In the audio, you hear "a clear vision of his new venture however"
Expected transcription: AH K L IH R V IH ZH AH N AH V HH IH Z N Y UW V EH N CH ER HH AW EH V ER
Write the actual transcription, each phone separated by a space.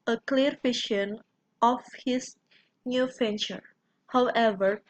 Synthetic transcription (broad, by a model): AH K L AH R F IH SH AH N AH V HH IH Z N Y UW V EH N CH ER HH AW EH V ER